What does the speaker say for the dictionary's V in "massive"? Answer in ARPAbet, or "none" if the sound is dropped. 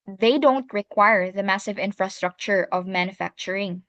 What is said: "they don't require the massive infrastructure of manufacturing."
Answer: V